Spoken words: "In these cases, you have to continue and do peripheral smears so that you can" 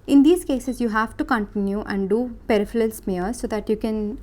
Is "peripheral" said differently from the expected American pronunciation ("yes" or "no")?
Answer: yes